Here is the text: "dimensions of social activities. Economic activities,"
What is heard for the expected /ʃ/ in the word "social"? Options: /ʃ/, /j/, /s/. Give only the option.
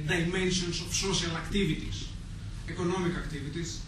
/s/